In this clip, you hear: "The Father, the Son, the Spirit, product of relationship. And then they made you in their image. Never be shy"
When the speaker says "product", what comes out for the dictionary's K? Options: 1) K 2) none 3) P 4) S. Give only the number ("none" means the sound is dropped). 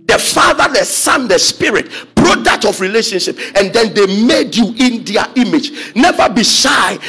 2